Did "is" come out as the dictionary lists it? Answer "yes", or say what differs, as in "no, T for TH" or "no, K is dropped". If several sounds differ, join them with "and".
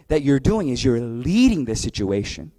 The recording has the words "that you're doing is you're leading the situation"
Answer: yes